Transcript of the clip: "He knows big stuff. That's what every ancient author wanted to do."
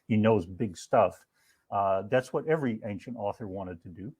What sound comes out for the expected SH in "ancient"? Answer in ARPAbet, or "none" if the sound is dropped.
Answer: SH